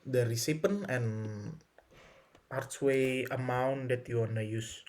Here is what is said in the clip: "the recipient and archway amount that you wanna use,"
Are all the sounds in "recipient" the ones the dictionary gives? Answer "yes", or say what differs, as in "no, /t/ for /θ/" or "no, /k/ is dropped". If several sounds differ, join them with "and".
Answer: no, /t/ is dropped